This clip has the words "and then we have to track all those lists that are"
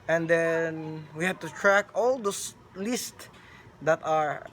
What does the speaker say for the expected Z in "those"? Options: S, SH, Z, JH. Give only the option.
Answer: S